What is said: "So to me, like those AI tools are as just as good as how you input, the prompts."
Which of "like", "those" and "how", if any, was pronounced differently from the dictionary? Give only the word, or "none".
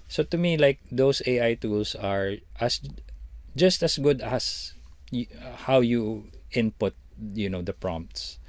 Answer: those